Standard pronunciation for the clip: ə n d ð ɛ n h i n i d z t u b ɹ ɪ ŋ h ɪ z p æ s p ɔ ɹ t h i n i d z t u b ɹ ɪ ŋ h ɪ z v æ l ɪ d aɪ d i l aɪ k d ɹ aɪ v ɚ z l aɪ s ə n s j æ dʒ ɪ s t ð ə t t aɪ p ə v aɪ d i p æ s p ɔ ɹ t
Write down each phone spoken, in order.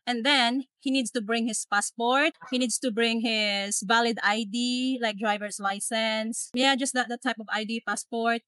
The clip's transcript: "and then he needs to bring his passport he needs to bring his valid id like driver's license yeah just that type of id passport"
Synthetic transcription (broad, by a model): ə n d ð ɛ n h i n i d s t u b ɹ ɪ ŋ h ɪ s p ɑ s p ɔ ɹ t h i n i d s t u b ɹ ɪ ŋ h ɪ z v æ l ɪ d aɪ d i l aɪ k d ɹ aɪ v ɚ s l aɪ s ə n s j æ dʒ ɪ s t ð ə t t aɪ p ə v aɪ d i p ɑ s p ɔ ɹ t